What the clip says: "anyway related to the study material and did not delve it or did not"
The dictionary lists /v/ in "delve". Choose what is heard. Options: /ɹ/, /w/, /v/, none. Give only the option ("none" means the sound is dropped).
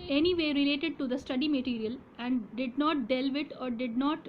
/v/